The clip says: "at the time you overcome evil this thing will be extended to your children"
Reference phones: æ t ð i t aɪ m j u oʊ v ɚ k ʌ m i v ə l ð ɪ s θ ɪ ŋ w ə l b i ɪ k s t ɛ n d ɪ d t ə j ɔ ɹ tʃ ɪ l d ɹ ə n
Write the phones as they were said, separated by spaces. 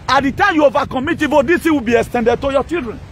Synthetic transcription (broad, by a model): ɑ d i t aɪ m j u oʊ v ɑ k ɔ m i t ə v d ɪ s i w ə b i ɪ k s t ɛ n d ɪ d t ə j ɔ tʃ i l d ɹ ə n